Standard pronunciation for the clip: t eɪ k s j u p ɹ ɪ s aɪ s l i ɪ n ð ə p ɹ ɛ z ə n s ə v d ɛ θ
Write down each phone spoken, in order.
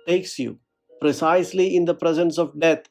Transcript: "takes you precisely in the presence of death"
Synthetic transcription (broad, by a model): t eɪ k s j u p ɹ ɪ s aɪ s l i ɪ n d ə p ɹ ɛ z ə n s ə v d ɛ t